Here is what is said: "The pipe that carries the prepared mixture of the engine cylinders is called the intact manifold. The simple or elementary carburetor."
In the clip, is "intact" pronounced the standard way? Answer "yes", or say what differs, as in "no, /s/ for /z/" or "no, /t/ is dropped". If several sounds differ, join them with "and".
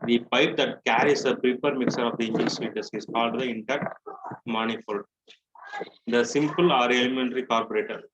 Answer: no, /k/ is dropped